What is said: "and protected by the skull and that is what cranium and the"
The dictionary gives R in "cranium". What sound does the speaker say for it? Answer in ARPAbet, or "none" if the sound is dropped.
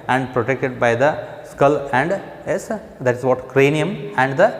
R